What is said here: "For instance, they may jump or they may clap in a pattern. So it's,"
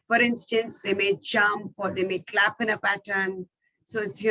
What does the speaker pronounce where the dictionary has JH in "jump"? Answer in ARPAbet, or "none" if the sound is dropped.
CH